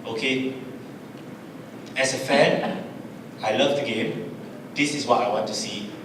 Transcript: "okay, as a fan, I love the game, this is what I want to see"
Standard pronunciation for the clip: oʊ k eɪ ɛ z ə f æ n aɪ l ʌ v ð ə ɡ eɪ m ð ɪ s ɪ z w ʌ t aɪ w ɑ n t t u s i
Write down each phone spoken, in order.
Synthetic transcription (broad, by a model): oʊ k eɪ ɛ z ə f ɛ n aɪ l ʌ v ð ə ɡ eɪ m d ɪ s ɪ s w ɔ t aɪ w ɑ n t t u s i